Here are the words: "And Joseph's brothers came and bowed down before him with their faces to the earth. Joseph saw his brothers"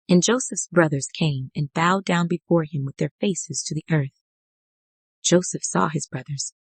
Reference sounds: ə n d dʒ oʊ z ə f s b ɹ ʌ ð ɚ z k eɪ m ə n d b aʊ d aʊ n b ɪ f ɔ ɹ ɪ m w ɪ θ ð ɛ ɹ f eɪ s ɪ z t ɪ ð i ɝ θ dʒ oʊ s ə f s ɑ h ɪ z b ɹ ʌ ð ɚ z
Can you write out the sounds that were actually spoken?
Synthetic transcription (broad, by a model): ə n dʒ oʊ s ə f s b ɹ ʌ ð ɚ z k eɪ m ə n b aʊ d aʊ n b ɪ f ɔ ɹ ɪ m w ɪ ð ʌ ɹ f eɪ s ɪ z t ɪ ð i ɝ θ dʒ oʊ s ə f s ɑ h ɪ z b ɹ ʌ ð ɚ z